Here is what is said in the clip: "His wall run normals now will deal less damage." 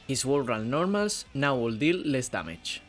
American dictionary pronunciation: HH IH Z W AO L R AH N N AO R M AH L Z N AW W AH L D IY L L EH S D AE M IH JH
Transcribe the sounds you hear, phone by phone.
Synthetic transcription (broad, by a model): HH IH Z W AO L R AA L N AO R M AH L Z N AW W AH L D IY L L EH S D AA M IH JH